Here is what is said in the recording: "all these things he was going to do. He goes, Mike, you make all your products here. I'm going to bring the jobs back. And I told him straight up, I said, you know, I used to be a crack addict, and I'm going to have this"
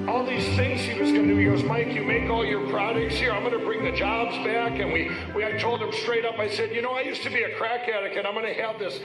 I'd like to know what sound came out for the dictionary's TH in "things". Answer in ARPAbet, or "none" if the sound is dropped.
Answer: TH